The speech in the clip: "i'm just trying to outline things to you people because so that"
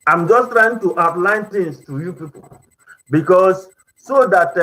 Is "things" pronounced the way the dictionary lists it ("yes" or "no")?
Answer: no